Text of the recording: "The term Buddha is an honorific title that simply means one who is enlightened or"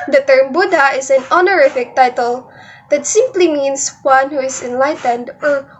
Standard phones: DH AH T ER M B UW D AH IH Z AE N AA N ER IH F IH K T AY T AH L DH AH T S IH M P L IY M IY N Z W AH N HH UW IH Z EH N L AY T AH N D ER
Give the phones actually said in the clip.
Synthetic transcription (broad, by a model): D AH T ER M B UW D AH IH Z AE N AA N ER IH F IH K T AY T AH L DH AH T S IH M P L IY M IY N S W AH N HH UW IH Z EH N L AY T AH N D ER